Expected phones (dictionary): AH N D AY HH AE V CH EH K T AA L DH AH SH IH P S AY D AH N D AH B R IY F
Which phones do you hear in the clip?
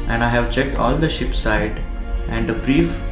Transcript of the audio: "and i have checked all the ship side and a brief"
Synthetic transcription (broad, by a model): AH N D AY HH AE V CH EH K T AA L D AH SH IH P S AY D AH N D AH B R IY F